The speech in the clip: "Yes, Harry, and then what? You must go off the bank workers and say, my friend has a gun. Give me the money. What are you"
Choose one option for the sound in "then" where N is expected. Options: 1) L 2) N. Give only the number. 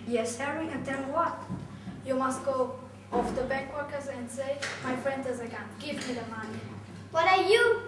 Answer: 1